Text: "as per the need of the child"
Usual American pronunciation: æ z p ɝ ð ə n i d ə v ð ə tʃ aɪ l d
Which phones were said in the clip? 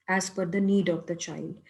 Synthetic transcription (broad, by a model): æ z f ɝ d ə n i d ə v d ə tʃ aɪ l d